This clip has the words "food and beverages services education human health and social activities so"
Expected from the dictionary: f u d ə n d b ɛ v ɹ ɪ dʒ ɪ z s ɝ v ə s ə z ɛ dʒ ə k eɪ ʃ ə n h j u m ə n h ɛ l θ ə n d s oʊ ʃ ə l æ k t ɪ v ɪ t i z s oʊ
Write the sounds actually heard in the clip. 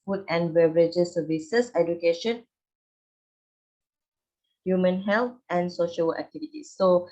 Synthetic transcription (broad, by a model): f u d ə n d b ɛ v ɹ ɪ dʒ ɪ s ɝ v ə s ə s ɛ dʒ ə k eɪ ʃ ə n h j u m ə n h ɛ l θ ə n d s oʊ ʃ ə l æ k t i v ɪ t i s oʊ